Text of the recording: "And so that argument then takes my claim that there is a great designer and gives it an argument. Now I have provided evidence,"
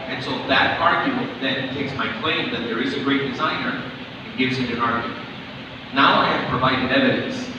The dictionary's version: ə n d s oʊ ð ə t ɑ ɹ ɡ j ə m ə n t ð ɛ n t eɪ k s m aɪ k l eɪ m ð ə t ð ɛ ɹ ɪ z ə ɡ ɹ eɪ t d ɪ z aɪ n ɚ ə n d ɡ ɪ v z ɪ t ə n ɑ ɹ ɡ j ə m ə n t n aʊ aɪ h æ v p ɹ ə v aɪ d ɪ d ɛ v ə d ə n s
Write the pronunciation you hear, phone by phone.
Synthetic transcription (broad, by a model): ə n s oʊ ð ə t ɑ ɹ ɡ j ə m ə n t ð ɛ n t eɪ k s m aɪ k l eɪ m ð ə t ð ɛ ɹ ɪ z ə ɡ ɹ eɪ t d ɪ z aɪ n ɚ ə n ɡ ɪ v z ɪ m ə n ɑ ɹ ɡ j ə m ə n t n aʊ aɪ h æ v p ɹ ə v aɪ d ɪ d ɛ v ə d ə n s